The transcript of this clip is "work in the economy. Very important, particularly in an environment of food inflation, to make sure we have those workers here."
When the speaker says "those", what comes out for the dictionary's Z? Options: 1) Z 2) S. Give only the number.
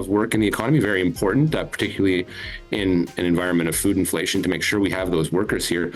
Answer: 1